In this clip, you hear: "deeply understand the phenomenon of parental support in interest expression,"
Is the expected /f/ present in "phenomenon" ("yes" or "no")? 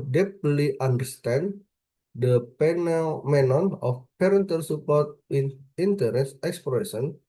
no